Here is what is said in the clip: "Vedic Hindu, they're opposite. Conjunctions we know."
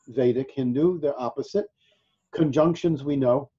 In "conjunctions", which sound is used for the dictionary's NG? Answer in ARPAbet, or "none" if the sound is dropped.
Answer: NG